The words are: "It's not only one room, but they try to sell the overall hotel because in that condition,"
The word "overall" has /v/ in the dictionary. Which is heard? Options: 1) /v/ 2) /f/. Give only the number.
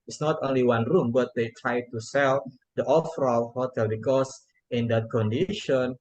2